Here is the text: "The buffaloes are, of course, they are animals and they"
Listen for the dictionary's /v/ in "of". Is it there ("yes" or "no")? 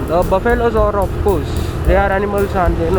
no